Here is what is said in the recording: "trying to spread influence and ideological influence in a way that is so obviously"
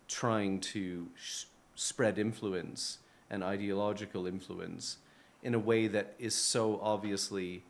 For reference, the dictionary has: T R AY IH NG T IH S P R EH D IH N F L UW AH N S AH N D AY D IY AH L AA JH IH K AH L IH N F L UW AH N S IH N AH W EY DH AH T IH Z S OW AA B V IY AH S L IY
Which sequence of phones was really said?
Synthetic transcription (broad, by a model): T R AY IH NG T IH S P R EH D IH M F L UW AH N S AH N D AY D IY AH L AA JH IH K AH L IH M F L UW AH N S IH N AH W EY DH AH T IH Z S OW AA B V IY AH S L IY